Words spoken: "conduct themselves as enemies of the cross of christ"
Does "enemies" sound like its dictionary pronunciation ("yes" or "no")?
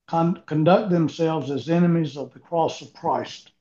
yes